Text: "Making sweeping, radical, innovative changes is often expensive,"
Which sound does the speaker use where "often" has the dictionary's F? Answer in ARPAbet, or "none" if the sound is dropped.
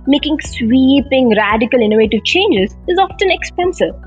F